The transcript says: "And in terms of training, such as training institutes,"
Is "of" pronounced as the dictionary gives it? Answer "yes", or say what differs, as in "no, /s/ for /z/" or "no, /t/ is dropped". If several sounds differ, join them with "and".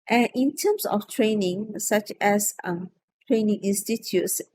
no, /f/ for /v/